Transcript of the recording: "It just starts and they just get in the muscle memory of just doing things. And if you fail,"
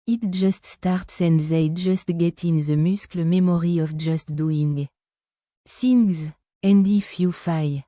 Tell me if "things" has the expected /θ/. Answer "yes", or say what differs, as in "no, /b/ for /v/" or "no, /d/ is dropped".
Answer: no, /s/ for /θ/